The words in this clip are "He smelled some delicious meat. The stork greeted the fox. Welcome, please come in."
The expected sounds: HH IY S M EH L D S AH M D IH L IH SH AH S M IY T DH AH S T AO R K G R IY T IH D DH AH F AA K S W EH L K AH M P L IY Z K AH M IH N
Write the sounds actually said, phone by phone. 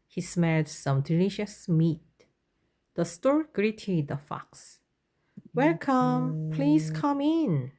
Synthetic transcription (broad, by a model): HH IY S M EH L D S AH M D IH L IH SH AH S M IY T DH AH S T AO R G R IY T IH D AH F AA K S W EH L K AH M P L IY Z K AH M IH N